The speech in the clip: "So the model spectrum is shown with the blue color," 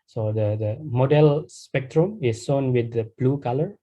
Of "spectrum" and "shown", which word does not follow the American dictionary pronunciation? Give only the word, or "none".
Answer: shown